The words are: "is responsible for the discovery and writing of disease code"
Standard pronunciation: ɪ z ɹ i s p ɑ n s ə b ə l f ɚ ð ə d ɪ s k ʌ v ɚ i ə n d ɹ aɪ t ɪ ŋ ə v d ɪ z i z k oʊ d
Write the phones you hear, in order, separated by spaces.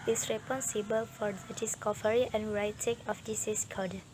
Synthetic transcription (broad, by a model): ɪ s ɹ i p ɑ n s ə b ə l f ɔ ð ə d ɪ s k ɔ f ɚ i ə n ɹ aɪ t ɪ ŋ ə f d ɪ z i s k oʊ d